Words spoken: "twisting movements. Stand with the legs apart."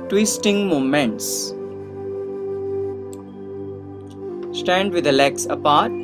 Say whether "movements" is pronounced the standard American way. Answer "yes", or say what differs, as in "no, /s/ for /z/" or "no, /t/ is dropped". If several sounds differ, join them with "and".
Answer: no, /v/ is dropped